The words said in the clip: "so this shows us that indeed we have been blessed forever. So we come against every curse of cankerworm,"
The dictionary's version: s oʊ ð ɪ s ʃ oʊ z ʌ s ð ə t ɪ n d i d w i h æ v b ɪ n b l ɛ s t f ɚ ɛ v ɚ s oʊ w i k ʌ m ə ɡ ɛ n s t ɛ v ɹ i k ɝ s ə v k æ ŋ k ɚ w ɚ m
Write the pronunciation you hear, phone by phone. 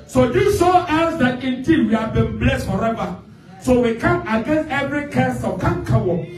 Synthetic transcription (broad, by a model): s oʊ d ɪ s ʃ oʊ ʌ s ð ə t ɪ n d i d w i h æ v b ɪ n b l ɛ s t f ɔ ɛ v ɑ s oʊ w i k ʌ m ə ɡ ɛ n s t ɛ v ɹ i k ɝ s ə k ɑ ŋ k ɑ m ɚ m